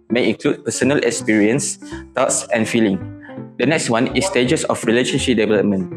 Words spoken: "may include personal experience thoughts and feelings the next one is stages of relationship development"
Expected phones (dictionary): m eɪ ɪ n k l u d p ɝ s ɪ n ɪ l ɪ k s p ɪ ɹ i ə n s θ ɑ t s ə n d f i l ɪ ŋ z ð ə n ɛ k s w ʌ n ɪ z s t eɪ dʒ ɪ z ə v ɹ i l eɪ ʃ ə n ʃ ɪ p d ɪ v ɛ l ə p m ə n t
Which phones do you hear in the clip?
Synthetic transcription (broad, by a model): m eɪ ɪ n k l u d p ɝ s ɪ n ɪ l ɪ k s p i ɹ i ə n s t ɑ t s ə n f i l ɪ ŋ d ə n ɛ k s w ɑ n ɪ s t eɪ dʒ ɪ s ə f ɹ i l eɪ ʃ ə n ʃ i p d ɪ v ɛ l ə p m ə n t